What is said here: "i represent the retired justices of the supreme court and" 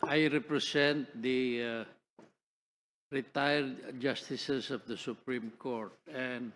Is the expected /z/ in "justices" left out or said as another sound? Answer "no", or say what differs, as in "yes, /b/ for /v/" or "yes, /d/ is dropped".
yes, /s/ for /z/